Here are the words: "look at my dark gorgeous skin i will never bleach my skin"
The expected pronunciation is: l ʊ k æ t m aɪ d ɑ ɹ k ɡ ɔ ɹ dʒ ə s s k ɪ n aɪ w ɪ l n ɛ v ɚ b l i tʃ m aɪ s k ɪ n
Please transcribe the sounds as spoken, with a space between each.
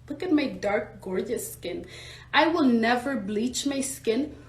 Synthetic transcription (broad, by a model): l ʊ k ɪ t m aɪ d ɑ ɹ k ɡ ɔ ɹ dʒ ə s s k ɪ n aɪ w ɪ l n ɛ v ɚ b l i tʃ m aɪ s k ɪ n